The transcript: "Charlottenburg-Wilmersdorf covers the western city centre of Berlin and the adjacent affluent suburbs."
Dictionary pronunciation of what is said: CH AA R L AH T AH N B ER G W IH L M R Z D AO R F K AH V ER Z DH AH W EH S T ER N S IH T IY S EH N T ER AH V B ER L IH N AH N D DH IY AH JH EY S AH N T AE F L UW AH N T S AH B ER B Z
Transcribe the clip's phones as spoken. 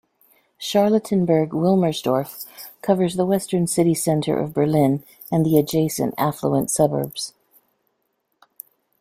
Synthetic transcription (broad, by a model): SH AA R L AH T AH N B ER G W IH L M R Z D AO R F K AH V ER Z DH AH W EH S T ER N S IH T IY S EH N T ER AH V B ER L IH N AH N DH IY AH JH EY S AH N T AE F L UW AH N T S AH B ER B Z